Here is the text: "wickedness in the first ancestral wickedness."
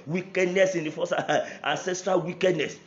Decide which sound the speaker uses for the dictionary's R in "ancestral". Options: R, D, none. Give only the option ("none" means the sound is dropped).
R